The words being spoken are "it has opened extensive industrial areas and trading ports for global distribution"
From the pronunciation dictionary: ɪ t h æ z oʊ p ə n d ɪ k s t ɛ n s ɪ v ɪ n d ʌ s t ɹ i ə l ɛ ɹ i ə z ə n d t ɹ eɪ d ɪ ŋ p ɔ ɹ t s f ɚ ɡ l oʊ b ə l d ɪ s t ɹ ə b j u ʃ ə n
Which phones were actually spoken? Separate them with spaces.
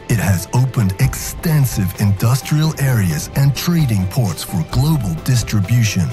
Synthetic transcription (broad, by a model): ɪ t h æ z oʊ p ə n d ɪ k s t ɛ n s ɪ v ɪ n d ʌ s t ɹ i ə l ɛ ɹ i ə z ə n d t ɹ eɪ d ɪ ŋ p ɔ ɹ t s f ɚ ɡ l oʊ b ə l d ɪ s t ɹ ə b j u ʃ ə n